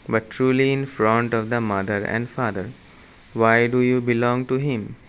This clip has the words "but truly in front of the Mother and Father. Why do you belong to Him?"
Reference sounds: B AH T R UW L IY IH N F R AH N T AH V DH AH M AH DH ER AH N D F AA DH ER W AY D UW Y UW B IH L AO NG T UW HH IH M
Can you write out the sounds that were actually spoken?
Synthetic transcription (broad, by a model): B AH T R UW L IY IH N F R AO N T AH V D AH M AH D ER AH N D F AA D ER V AY D UW Y UW B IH L AO NG T UW HH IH M